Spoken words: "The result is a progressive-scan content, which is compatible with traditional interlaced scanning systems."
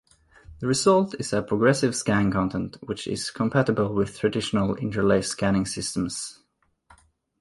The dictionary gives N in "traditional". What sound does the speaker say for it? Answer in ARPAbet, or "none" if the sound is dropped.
N